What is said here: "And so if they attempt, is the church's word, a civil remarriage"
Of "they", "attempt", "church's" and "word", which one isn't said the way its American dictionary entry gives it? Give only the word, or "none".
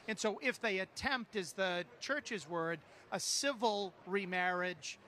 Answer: none